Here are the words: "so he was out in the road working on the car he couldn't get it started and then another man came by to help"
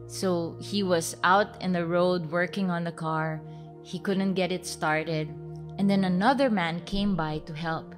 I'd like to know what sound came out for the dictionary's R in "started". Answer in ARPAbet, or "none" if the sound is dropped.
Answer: R